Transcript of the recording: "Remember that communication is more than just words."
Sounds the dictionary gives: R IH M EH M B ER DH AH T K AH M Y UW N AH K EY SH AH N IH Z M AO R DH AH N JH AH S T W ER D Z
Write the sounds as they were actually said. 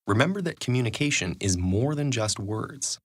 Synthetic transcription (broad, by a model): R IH M EH M B ER DH AH T K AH M Y UW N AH K EY SH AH N IH Z M AO R DH AH N JH AH S T W ER D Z